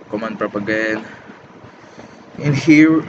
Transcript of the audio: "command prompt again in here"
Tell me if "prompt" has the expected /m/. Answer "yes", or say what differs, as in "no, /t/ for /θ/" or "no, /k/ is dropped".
no, /m/ is dropped